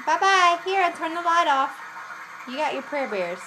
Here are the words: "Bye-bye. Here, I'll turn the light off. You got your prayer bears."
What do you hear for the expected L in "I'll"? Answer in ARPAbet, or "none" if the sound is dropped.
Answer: N